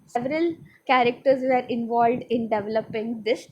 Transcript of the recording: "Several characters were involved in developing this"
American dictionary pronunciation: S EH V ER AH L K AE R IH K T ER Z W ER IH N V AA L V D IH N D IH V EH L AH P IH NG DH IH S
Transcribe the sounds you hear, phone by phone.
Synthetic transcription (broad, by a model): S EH V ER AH L K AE R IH K T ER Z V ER IH N V AA L V D IH N D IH V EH L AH P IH NG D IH S